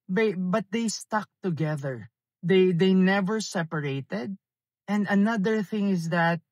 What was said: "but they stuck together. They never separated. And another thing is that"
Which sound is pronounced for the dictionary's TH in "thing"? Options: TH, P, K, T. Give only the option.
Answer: TH